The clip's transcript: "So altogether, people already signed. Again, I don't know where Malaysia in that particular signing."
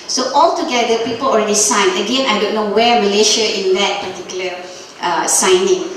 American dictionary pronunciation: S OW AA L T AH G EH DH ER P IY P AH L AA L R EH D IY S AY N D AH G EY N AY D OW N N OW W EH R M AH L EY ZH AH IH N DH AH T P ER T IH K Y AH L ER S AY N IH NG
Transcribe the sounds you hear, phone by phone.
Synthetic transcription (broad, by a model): S OW AA L T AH G EH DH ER P IY P AH L AA L R EH D IY S AY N AH G EY N AY D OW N N OW W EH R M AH L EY SH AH IH N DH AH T P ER T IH K Y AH L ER S AY N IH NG